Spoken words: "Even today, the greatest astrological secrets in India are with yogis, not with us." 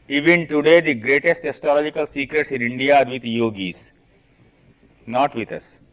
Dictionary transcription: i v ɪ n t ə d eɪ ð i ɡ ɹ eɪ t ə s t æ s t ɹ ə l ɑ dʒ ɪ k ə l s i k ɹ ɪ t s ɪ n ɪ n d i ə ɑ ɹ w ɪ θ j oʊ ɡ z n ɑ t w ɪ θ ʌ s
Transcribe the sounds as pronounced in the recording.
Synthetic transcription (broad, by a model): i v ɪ n t ə d eɪ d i ɡ ɹ eɪ t ə s t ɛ s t ə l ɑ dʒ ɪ k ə l s i k ɹ ɪ t s ɪ n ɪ n d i ɑ ɹ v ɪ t j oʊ ɡ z n ɑ t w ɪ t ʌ s